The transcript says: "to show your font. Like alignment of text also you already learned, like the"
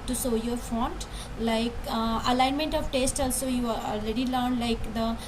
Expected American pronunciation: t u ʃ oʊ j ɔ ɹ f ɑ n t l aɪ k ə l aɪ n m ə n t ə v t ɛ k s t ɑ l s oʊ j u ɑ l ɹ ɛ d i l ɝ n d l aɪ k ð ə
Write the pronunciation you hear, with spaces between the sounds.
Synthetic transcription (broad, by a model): t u s oʊ j ɔ ɹ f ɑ n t l aɪ k ə l aɪ n m ə n t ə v t ɛ s t ɑ l s oʊ j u ɑ l ɹ ɛ d i l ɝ n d l aɪ k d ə